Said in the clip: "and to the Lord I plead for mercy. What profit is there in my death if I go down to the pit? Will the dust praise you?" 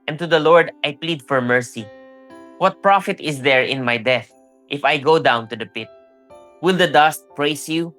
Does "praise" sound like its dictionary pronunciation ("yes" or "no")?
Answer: no